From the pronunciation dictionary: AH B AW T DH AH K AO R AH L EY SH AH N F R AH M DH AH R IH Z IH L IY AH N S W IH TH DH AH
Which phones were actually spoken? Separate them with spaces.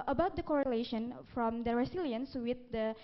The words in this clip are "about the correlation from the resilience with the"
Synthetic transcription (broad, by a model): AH B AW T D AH K AO R AH L EY SH AH N F R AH M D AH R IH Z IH L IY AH N S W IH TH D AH